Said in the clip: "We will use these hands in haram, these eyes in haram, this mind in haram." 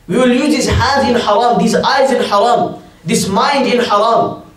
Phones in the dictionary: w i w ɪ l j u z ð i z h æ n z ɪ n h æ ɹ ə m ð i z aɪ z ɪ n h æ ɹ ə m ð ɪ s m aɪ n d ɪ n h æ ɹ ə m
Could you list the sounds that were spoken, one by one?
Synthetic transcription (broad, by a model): w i w ɪ l j u z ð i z h æ n z ɪ n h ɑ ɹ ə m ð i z aɪ z ɪ n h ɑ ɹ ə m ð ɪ s m aɪ n d ɪ n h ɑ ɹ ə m